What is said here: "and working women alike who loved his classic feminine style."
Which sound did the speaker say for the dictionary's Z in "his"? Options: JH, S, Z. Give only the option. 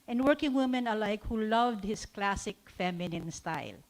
S